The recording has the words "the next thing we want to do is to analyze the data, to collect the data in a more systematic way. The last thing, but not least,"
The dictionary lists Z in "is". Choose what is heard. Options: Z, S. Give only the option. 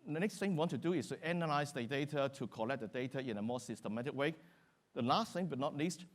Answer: S